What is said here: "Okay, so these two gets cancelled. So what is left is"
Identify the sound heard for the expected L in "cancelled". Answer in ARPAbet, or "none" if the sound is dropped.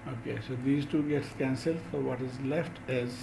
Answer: L